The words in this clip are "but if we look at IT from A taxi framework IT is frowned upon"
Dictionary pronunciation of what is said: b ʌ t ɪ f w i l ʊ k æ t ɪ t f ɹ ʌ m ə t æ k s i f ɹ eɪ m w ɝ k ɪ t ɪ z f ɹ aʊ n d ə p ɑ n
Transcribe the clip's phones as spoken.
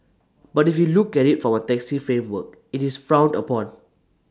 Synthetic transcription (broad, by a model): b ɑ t ɪ f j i l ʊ k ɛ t ɪ t f ɹ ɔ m ə t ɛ k s i f ɹ eɪ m w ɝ k ɪ t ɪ s f ɹ aʊ n d ə p ɑ n